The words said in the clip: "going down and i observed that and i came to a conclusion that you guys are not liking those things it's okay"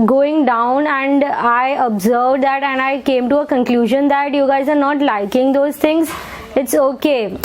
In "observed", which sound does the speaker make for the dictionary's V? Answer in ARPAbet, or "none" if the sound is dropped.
V